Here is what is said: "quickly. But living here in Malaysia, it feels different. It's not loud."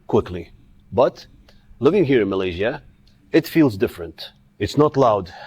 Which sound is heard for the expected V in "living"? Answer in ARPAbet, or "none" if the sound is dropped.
V